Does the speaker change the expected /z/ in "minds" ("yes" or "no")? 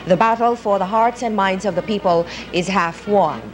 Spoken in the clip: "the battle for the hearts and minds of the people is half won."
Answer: no